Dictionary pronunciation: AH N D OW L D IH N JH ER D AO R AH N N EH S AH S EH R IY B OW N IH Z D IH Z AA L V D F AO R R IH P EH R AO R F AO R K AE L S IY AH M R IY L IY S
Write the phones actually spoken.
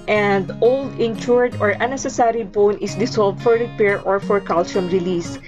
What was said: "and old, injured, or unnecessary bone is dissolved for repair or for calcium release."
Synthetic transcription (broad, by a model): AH N D OW L D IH N CH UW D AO R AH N N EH S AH S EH R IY B OW N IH S D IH S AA L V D F AO R R IH P EH R AO R F AO R K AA L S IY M R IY L IY S